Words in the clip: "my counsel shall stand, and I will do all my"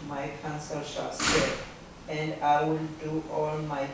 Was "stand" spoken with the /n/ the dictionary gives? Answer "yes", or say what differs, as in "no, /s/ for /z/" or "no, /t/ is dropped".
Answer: no, /n/ is dropped